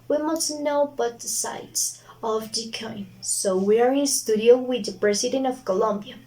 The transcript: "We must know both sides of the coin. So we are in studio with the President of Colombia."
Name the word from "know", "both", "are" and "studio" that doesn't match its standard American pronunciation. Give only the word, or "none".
both